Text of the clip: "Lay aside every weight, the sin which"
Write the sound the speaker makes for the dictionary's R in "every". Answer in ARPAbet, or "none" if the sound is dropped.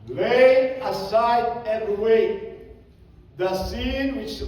none